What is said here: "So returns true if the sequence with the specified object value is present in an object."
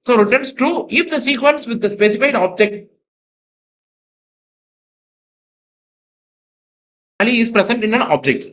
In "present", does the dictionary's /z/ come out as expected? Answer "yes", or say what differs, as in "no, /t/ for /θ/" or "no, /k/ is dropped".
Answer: no, /s/ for /z/